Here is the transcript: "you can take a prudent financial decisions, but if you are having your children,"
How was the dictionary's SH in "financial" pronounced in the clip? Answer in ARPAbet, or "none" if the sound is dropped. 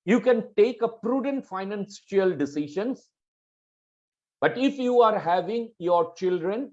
S